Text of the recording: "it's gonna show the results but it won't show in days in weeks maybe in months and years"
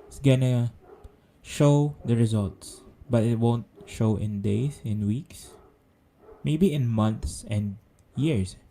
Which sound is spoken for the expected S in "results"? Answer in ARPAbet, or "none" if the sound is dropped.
S